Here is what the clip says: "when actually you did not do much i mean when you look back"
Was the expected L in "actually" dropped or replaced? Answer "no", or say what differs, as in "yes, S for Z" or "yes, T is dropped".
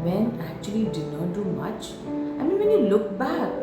yes, L is dropped